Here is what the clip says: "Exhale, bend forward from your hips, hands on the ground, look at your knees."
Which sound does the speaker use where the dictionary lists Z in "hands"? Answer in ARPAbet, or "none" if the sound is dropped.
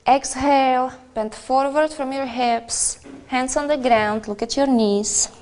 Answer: S